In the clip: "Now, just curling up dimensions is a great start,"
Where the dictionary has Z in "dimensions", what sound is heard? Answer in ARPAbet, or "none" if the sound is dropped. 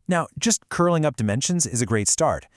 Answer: Z